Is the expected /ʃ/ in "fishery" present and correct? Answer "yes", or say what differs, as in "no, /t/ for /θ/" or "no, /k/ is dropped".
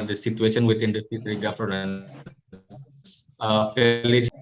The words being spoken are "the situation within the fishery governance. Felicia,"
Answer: no, /s/ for /ʃ/